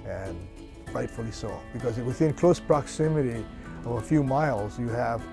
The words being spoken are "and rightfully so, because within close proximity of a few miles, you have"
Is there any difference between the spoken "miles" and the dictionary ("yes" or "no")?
no